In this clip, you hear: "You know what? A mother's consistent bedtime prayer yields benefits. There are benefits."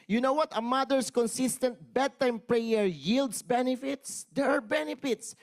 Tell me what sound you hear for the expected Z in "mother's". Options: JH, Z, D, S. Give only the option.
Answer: S